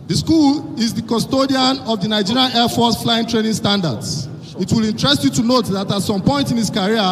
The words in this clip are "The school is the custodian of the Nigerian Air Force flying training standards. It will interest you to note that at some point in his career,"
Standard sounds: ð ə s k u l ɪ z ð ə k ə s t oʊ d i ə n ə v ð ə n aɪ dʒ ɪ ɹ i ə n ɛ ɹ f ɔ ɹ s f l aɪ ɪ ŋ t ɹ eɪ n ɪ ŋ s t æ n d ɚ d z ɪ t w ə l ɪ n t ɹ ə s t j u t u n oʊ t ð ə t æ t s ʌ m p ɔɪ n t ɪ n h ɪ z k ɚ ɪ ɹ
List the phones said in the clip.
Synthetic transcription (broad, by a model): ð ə s k u l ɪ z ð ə k ə s t oʊ d i ə n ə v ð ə n aɪ dʒ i ɹ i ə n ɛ f ɔ s f l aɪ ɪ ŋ t ɹ eɪ n ɪ ŋ s t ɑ n d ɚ d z ɪ t w ə l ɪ n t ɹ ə s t j u t u n oʊ t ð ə t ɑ t s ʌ m p ɔɪ n t ɪ n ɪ s k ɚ ɹ